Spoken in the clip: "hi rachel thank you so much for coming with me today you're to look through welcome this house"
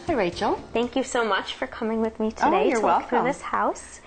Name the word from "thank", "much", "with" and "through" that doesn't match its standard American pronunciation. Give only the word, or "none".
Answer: none